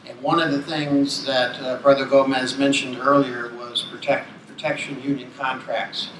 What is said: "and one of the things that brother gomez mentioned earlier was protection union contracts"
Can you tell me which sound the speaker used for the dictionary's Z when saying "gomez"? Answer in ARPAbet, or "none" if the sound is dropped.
Z